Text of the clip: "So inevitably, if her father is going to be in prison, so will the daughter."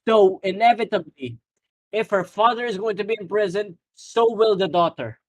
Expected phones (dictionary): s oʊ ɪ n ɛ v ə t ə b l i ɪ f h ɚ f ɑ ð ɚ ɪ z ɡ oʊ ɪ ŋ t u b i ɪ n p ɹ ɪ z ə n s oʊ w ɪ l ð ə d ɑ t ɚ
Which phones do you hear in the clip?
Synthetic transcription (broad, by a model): s oʊ ɪ n ɛ v ə t ə b l i ɪ f h ɚ f ɑ ð ɚ ɪ z ɡ oʊ ɪ ŋ t u b i ɪ n p ɹ ɪ z ə n s oʊ w ɪ l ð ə d ɑ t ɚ